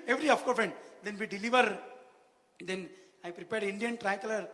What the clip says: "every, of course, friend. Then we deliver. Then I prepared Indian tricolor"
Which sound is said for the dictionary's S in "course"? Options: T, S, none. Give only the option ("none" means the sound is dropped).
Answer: none